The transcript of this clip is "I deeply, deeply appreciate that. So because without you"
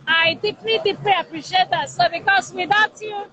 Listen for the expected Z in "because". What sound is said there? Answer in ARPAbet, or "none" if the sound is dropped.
S